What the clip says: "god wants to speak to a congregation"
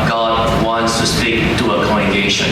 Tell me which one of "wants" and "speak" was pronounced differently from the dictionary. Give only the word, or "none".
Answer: none